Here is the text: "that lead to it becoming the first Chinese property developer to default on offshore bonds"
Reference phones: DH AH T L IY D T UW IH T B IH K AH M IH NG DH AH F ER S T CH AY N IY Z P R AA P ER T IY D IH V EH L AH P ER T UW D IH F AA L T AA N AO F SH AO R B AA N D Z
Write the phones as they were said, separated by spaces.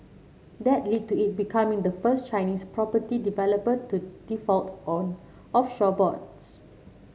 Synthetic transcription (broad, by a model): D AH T L IY D T UW IH T B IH K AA M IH NG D AH F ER S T CH AY N IY S P R AA P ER T IY D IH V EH L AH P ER T UW D IH F AA L T AA N AO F SH AO B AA D S